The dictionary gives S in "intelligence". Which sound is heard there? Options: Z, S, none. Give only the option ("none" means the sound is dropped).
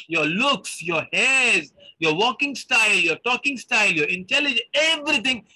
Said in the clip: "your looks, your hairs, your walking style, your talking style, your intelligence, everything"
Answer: none